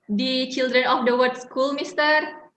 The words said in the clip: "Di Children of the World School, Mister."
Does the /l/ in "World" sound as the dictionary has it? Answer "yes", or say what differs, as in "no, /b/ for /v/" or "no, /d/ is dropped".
no, /l/ is dropped